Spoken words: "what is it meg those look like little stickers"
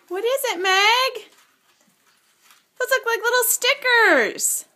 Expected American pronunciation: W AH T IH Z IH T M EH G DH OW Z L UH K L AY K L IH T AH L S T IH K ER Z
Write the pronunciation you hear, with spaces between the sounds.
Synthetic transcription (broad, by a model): W AH T IH Z IH T M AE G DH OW S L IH K L AY K L IH T L S T IH K ER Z